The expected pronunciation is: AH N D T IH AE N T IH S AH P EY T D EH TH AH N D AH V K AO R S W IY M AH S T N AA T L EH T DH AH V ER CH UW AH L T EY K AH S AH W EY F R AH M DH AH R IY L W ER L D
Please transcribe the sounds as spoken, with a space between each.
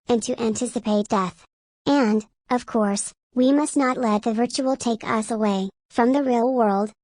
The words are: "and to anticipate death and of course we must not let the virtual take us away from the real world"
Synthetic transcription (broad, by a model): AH N T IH AE N T IH S AH P EY T D EH TH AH N D AH V K AO R S W IY M AH S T N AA T L EH T DH AH V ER CH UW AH L T EY K AH S AH W EY F R AH M DH AH R IY L W ER L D